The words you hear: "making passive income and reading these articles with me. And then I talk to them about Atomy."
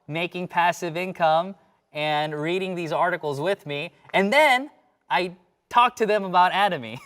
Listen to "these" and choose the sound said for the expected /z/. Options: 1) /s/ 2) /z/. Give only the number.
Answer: 2